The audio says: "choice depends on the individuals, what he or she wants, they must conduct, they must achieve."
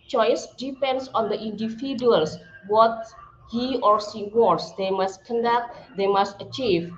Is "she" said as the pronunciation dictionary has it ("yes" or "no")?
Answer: no